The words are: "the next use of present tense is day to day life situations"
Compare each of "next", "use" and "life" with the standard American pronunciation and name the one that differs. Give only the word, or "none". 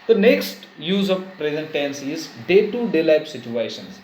life